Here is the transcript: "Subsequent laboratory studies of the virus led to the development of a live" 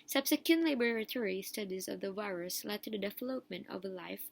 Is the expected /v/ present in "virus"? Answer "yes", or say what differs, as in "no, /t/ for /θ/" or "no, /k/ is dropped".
yes